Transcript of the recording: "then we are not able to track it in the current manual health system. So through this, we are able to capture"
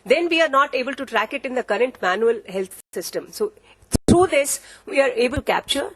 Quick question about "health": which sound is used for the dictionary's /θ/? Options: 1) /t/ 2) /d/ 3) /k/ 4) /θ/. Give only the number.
1